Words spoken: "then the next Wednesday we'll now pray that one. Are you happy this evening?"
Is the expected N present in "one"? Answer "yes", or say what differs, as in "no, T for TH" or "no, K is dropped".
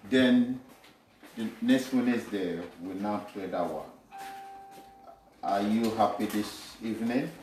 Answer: no, N is dropped